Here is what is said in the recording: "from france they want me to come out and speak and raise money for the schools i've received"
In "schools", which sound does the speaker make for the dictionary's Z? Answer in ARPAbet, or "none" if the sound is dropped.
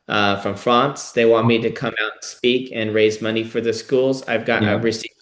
Z